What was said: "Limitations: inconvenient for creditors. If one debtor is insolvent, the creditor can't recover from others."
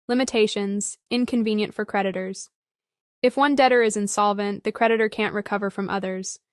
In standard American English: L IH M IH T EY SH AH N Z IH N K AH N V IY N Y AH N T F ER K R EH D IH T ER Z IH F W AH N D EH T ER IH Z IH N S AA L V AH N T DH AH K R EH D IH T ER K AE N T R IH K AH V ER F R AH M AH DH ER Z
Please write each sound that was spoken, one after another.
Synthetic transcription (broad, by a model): L IH M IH T EY SH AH N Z IH N K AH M V IY N Y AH N T F ER K R EH D IH T ER Z IH F W AH N D EH T ER IH Z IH N S AA L V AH N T DH AH K R EH D IH T ER K AE N T R IH K AH V ER F R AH M AH DH ER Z